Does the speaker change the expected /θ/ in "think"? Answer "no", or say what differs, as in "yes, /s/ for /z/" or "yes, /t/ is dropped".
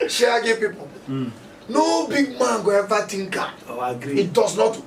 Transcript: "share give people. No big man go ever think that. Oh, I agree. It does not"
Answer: yes, /t/ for /θ/